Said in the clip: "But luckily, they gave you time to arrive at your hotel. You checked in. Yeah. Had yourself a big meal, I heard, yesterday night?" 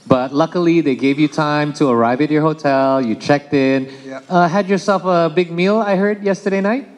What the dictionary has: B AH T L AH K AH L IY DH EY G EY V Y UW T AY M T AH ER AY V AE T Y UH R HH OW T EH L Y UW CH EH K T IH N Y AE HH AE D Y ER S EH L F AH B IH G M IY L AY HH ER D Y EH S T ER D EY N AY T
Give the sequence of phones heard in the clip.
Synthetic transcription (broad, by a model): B AH T L AH K AH L IY DH EY G EY V Y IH T AY M T AH ER AY V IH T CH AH R HH OW T EH L Y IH CH EH K T IH N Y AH HH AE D Y ER S EH L F AH B IH G M IY L AY HH ER D Y EH S T ER D EY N AY T